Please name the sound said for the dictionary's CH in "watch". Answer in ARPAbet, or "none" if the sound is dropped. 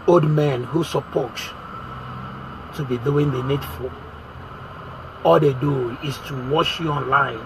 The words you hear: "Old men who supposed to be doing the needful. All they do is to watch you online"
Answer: SH